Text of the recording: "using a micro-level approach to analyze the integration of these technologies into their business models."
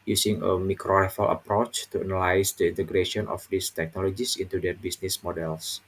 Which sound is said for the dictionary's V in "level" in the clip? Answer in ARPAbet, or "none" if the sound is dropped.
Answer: F